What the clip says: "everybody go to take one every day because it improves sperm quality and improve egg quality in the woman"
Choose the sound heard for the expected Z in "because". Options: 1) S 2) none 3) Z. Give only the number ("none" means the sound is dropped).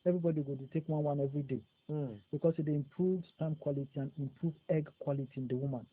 1